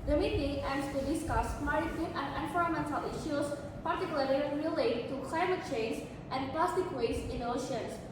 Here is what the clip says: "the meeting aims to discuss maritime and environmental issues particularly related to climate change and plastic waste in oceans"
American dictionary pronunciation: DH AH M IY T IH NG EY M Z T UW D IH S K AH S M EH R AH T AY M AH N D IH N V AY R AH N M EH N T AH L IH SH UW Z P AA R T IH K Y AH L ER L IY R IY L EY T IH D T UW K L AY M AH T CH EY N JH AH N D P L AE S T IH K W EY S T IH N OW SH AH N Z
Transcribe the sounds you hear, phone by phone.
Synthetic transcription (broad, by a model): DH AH M IY T IH NG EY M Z T UW D IH S K AH S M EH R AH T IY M AH N D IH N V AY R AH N M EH N T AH L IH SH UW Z P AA R T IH K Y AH L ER L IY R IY L EY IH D T UW K L AY M AH T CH EY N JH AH N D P L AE S T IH K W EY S IH N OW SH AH N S